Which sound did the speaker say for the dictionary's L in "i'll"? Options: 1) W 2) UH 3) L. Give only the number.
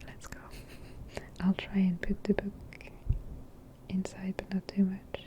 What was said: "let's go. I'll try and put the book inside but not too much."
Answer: 3